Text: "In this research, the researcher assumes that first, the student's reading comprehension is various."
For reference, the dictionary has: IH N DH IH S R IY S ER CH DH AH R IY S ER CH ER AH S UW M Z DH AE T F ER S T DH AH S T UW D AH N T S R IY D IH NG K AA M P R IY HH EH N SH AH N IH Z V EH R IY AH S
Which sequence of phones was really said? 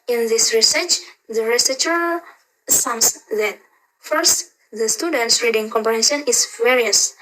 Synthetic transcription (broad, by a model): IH N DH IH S R IY S ER CH DH AH R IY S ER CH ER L S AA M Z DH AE T F ER S T DH AH S T UW D AH N T S R IY D IH NG K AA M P IY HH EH SH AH N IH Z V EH R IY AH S